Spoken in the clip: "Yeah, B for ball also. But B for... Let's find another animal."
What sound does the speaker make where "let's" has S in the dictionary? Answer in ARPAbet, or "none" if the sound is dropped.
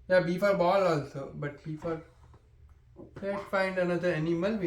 none